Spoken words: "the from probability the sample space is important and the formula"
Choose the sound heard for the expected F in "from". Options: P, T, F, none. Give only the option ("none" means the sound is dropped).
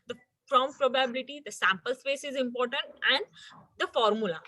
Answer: P